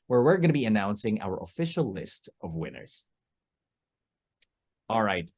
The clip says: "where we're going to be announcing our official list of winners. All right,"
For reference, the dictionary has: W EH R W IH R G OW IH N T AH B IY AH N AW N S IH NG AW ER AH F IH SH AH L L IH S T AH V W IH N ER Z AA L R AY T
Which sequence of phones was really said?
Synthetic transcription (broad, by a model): W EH R W IH R G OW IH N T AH B IY AH N AW N S IH NG AW ER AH F IH SH L L IH S T AH V W IH N ER Z AA L R AY T